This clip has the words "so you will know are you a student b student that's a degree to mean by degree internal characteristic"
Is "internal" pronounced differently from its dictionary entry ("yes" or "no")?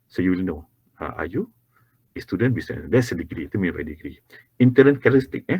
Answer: yes